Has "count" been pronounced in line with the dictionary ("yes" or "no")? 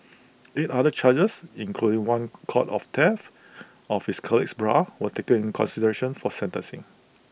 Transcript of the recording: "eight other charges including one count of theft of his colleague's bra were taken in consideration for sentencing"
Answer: no